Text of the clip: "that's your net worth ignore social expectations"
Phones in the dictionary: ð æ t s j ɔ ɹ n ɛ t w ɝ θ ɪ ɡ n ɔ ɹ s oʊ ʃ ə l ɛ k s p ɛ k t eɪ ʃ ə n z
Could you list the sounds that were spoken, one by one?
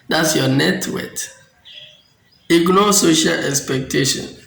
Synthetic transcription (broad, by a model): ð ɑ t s j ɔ n ɛ t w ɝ t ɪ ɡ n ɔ s oʊ ʃ ə l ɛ k s p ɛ k t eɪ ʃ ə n